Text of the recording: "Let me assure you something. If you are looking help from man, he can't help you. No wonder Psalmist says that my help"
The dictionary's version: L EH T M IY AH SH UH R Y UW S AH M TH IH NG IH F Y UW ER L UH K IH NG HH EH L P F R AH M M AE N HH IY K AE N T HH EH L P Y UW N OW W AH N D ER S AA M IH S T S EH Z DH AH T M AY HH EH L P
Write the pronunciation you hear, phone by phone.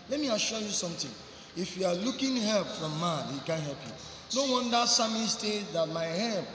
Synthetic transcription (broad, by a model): L EH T M IY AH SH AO Y UW S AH M T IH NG IH F Y UW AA L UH K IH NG HH EH L P F R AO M M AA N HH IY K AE N HH EH L P Y UW N OW W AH N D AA S AA M IH S T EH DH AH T M AY HH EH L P